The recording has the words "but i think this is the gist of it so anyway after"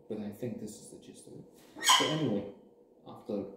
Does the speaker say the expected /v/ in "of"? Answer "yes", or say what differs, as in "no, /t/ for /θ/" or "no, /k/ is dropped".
no, /b/ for /v/